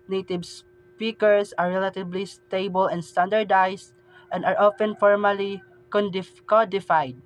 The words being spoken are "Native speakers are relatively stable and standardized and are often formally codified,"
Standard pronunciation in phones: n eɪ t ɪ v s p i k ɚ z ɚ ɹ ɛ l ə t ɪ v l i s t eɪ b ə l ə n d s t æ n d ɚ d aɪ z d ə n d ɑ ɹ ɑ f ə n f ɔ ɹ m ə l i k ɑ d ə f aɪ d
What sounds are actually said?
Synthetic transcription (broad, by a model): n eɪ t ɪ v s p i k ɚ s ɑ ɹ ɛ l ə t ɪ b l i s t eɪ b ə l ə n d s t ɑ n d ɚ d aɪ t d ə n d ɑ ɹ ɑ f ə n f ɔ ɹ m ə l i k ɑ d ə f aɪ d